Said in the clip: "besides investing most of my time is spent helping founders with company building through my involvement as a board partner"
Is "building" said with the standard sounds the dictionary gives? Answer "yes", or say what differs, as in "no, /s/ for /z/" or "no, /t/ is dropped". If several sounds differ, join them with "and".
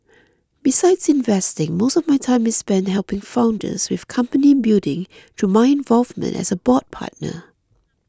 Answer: no, /l/ is dropped